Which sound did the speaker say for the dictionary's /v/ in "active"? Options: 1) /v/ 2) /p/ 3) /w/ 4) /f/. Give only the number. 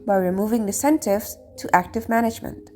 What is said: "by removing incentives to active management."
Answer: 1